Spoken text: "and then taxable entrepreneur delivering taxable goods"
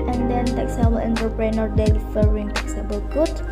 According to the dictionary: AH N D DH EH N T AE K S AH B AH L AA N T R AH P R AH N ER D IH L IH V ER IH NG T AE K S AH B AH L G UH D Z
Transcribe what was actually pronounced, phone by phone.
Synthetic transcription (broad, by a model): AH N D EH N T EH K S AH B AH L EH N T AH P R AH N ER D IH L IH F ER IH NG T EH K S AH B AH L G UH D